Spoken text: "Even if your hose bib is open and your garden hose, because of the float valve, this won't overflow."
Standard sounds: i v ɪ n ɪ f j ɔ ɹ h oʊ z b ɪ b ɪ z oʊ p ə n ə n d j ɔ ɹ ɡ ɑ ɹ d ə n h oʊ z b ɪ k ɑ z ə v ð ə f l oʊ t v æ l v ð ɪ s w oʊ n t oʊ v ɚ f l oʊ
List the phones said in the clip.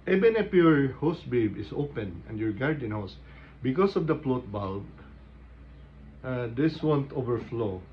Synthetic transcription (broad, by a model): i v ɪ n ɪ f j ɔ ɹ h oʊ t b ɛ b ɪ s oʊ p ə n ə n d j ɔ ɹ ɡ ɑ ɹ d ə n h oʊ s b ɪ k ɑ s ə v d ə p l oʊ t b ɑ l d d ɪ s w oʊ n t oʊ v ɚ f l oʊ